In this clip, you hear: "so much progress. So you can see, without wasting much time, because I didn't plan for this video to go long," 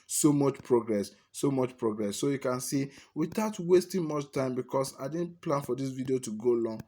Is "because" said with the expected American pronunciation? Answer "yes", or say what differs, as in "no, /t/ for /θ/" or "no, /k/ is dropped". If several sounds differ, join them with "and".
no, /s/ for /z/